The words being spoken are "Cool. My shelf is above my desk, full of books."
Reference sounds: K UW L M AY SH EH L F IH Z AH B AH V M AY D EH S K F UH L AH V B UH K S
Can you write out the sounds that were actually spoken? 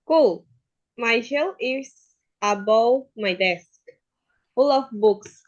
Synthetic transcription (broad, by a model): K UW L M AY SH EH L IH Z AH B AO W M AY D EH S K F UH L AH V B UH K S